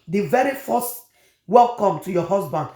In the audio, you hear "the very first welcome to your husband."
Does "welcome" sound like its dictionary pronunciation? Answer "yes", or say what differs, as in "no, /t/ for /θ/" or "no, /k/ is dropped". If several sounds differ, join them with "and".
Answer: yes